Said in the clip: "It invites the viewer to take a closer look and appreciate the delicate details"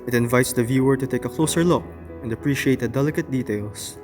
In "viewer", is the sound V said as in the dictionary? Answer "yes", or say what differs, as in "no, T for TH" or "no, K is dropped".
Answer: yes